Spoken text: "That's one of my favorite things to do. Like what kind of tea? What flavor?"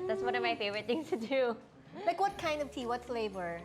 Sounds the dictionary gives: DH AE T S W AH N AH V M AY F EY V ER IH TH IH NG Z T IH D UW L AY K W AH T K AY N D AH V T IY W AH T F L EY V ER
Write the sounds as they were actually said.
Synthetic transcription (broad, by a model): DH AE T S W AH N AH V M AY F EY V ER IH T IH NG S T IH D UW L AY K W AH T K AY N D AH V T IY W AH T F L EY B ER